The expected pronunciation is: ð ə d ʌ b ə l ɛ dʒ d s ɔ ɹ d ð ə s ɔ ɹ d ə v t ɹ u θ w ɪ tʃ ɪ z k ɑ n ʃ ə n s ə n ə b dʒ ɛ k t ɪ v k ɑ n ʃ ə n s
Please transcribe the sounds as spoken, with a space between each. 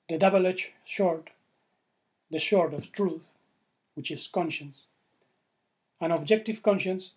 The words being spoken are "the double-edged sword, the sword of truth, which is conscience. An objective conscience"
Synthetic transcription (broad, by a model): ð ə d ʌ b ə l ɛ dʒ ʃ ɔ ɹ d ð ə ʃ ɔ ɹ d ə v t ɹ u θ w ɪ tʃ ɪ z k ɑ n ʃ ə n s ə n ə b dʒ ɛ k t ɪ v k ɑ n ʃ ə n s